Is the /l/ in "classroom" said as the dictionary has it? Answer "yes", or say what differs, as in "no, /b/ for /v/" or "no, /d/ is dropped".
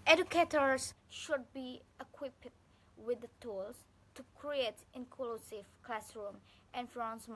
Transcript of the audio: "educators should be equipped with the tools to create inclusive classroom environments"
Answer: yes